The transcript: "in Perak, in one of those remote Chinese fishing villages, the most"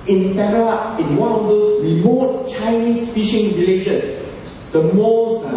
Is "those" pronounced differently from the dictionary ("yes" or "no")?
yes